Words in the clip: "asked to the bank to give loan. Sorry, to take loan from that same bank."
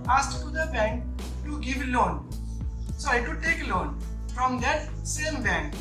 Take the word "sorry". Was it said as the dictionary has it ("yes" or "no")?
no